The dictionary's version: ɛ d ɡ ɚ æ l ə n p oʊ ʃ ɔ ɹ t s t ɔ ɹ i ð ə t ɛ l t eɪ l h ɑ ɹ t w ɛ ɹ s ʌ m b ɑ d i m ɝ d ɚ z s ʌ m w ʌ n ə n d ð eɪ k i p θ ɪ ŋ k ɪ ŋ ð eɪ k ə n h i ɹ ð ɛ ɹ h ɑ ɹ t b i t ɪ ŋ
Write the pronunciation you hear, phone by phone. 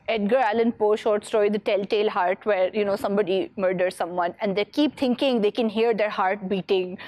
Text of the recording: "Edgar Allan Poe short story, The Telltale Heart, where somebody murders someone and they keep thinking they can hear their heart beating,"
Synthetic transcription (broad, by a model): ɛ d ɡ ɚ æ l ə n p oʊ ʃ ɔ ɹ t s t ɔ i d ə t ɛ l t eɪ l h ɑ ɹ t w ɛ ɹ s ʌ m b ɑ d i m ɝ d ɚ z s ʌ m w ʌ n ə n d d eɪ k i p t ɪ ŋ k ɪ ŋ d eɪ k ə n h i ɹ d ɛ ɹ h ɑ ɹ t b i t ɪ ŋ